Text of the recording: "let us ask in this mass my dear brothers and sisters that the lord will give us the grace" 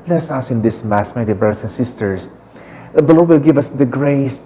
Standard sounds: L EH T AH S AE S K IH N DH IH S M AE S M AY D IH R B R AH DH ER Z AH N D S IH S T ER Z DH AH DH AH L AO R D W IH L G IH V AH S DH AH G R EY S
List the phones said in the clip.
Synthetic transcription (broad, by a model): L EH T S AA S IH N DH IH S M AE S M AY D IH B R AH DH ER S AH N S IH S T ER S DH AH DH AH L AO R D W IH L G IH V AH S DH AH G R EY S